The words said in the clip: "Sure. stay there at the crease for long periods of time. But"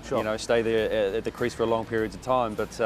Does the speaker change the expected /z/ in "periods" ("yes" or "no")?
no